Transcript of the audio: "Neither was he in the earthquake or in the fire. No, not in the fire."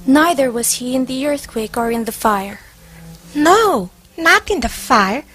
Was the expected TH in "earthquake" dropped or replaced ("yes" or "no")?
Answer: no